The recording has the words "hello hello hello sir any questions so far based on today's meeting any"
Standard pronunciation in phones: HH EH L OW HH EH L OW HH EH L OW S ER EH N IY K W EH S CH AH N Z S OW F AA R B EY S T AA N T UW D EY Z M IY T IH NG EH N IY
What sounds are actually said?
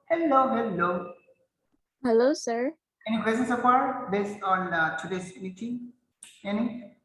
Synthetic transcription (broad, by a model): HH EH L OW HH EH L OW HH EH L OW S ER EH N IY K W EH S AH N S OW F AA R B EY S T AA N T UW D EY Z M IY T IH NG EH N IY